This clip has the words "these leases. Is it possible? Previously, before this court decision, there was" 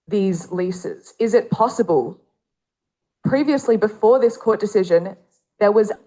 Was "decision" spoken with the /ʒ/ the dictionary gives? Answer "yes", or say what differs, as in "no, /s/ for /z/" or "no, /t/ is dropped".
yes